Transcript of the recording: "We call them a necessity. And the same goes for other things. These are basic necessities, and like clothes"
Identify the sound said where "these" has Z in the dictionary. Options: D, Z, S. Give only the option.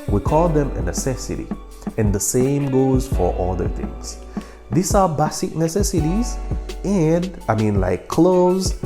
S